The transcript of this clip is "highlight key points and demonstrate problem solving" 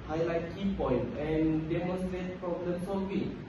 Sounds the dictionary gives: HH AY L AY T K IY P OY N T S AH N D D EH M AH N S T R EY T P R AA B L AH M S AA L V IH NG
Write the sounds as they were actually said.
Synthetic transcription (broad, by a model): HH AY L AY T K IY P OY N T AH N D D EH M AH N S T R EY T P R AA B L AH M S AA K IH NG